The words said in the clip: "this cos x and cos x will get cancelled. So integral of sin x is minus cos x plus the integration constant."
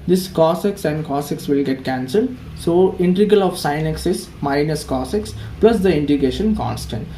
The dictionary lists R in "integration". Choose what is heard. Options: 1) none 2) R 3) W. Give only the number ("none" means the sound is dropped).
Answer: 1